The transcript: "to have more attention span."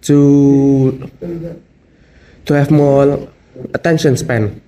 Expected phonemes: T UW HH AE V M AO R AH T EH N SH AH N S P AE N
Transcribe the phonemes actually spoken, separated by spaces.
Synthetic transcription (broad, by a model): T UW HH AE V M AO L AH T EH N SH AH N S P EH N